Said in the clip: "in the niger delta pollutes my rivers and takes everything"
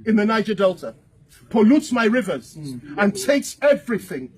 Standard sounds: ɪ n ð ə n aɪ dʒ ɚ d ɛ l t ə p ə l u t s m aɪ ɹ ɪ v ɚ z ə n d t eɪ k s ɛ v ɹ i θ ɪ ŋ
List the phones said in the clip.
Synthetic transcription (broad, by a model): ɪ n ð ə n aɪ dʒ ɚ d ɛ l t ə p ə l u t s m aɪ ɹ ɪ v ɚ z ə n t eɪ k s ɛ v ɹ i θ ɪ ŋ